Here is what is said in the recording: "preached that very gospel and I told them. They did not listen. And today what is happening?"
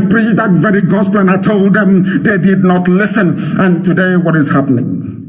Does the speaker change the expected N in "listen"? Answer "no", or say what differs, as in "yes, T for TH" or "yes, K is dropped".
no